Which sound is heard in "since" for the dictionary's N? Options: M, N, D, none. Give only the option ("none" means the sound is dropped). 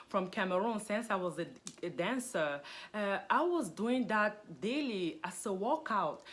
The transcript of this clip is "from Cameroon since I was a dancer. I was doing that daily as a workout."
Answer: N